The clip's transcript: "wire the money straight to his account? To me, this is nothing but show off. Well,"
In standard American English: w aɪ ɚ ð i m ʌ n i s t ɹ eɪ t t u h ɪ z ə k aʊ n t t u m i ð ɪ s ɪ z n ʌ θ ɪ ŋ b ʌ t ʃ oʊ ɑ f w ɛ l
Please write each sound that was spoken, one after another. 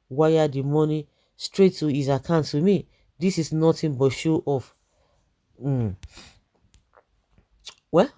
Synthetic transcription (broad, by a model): w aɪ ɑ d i m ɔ n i s t ɹ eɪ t t u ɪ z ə k aʊ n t t u m i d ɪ s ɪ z n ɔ t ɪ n b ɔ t ʃ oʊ ɑ f w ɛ